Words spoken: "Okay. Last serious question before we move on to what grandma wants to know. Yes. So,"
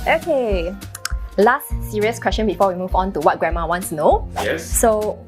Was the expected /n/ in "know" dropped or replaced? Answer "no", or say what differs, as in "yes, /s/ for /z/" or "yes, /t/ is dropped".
no